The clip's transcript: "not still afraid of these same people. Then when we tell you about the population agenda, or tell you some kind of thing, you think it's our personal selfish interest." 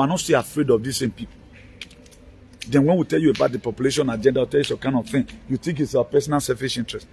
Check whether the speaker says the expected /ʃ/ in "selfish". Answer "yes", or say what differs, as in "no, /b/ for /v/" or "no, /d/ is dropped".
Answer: no, /s/ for /ʃ/